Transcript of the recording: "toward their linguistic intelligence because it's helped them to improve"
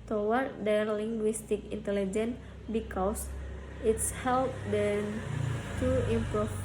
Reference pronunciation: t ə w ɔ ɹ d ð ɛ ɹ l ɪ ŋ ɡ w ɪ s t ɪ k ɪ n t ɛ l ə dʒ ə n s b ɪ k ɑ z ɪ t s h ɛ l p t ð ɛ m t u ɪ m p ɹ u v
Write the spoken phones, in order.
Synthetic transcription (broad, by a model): t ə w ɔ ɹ d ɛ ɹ l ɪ ŋ ɡ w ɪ s t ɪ k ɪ n t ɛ l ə dʒ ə n b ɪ k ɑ s ɪ t s h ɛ l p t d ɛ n t u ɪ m p ɹ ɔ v